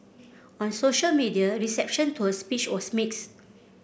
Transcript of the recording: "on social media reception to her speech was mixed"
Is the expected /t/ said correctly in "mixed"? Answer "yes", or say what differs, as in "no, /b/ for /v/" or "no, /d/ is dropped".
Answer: no, /t/ is dropped